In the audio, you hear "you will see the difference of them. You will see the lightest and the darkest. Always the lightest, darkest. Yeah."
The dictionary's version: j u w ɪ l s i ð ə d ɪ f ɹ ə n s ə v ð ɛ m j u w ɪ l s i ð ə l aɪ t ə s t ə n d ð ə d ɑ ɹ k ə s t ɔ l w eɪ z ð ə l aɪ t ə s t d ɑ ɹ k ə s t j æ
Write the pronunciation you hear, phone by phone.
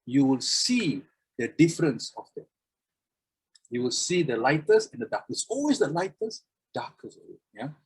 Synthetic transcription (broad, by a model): j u w ɪ l s i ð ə d ɪ f ɹ ə n s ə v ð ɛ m j u w ɪ l s i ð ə l aɪ t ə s ə n d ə d ɑ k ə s ɔ l w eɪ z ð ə l aɪ t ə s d ɑ k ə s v j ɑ